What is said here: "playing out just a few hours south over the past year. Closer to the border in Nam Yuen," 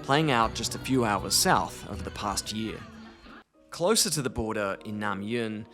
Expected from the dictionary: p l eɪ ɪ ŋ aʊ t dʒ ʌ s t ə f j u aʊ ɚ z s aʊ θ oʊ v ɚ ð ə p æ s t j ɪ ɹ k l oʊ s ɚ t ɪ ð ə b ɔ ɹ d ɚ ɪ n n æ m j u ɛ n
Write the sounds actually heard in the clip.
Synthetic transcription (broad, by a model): p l eɪ ɪ ŋ aʊ t dʒ ʌ s t ə f j u aʊ ɚ z s aʊ θ oʊ v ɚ ð ə p æ s t j ɪ ɹ k l oʊ s ɚ t ɪ ð ə b ɔ ɹ d ɚ ɪ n n æ m j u n